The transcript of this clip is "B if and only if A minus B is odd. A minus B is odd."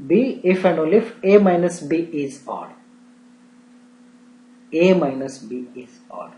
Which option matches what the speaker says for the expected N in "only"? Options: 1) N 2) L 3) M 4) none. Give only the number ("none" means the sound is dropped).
4